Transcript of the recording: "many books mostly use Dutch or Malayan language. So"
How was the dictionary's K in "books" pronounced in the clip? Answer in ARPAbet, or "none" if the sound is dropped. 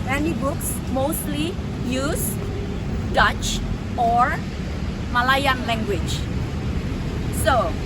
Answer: K